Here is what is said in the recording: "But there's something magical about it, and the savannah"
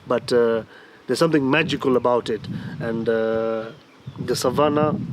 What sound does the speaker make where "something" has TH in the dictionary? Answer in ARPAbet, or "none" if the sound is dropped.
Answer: T